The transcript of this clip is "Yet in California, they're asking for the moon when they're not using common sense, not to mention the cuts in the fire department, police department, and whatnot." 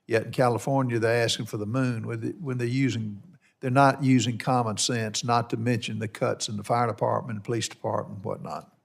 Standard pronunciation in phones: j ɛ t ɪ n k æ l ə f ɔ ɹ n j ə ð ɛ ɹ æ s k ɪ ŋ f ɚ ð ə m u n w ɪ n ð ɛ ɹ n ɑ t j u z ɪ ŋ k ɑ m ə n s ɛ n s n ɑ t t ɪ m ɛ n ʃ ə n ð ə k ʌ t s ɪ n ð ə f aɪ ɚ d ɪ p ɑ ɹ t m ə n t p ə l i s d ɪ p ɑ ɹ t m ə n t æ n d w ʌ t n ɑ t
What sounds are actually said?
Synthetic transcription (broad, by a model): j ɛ t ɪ n k æ l ə f ɔ ɹ n j ə ð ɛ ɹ æ s k ɪ ŋ f ɚ ð ə m u n w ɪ n ð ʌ ɹ n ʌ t j u z ɪ ŋ k ɑ m ə n s ɛ n s n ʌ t t ɪ m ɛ n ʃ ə n ð ə k ʌ t s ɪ n ð ə f aɪ ɚ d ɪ p ɑ ɹ t m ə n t p ə l i s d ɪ p ɑ ɹ t m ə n n w ʌ t n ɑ t